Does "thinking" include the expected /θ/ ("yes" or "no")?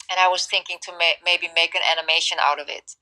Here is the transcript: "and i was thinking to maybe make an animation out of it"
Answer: yes